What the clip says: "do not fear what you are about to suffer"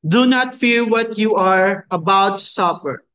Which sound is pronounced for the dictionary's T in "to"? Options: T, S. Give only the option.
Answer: S